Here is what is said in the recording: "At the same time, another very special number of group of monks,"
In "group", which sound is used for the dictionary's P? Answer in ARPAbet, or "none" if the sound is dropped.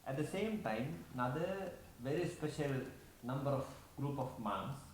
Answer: P